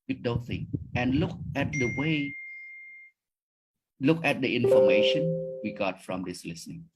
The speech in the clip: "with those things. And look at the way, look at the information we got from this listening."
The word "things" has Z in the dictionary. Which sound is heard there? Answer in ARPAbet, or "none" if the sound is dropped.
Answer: none